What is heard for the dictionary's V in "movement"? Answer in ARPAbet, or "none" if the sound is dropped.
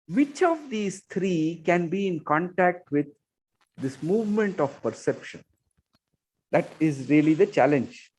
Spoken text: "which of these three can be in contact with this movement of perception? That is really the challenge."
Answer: V